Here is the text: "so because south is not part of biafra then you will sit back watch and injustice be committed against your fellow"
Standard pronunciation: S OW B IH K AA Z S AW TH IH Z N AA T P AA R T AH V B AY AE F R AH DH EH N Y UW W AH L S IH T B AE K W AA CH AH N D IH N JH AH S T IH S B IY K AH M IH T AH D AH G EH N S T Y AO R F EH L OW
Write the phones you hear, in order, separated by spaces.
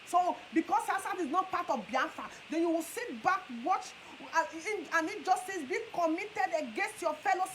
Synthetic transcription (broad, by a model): S OW B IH K AA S S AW T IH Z N AA T P AA T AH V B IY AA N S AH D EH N Y UW W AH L S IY T B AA K W AA CH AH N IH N JH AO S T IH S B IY K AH M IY T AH D AH G EH N S T Y AO F EH L OW